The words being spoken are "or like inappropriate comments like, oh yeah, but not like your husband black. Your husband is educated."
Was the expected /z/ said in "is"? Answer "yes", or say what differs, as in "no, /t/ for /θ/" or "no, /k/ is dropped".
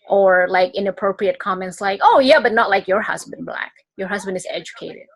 yes